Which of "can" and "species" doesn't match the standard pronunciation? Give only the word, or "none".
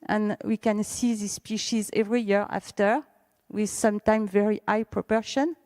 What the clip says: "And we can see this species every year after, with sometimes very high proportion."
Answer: none